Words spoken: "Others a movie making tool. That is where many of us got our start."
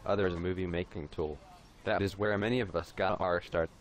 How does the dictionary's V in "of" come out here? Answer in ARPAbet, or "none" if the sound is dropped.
V